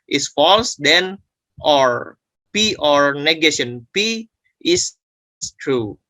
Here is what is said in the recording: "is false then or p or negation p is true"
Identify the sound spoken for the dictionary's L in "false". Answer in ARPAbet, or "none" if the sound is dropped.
L